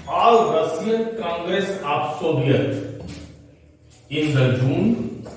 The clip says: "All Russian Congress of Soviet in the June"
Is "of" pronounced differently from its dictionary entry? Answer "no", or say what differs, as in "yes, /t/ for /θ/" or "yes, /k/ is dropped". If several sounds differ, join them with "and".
yes, /p/ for /v/